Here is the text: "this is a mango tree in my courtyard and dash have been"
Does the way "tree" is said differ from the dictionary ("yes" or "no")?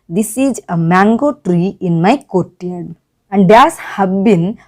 no